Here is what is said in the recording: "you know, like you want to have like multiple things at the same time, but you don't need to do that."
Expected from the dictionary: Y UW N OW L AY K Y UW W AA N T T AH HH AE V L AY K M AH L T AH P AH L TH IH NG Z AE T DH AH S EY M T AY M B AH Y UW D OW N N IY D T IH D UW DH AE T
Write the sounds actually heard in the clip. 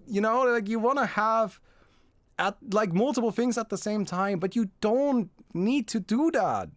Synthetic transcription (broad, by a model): Y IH N OW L AY K Y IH W AA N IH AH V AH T L AY K M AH L T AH P L TH IH NG Z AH T DH AH S EY M T AY M B AH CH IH D OW N N IY D T IH D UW DH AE T